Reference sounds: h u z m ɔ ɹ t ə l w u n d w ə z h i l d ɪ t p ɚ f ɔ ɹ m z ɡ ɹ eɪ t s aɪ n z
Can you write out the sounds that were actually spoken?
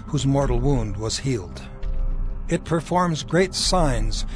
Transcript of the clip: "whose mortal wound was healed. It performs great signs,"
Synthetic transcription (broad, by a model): h u z m ɔ ɹ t l w u n d w ə z h i l d ɪ t p ɚ f ɔ ɹ m z ɡ ɹ eɪ t s aɪ n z